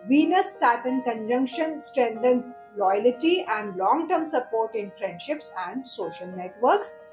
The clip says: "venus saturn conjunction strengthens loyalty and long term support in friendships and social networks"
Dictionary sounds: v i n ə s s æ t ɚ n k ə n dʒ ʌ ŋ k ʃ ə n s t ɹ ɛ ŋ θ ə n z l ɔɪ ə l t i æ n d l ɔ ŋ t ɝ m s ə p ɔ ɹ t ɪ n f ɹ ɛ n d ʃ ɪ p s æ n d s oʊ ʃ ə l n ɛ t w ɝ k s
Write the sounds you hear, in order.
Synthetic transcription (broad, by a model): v i n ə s s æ t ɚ n k ə n dʒ ʌ ŋ k ʃ ə n s t ɹ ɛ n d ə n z l ɔɪ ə l t i æ n d l ɔ ŋ t ɝ m s ə p ɔ ɹ t ɪ n f ɹ ɛ n d ʃ ɪ p s æ n d s oʊ ʃ ə l n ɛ t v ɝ k s